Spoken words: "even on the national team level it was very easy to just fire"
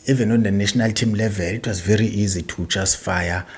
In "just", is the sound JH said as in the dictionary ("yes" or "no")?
no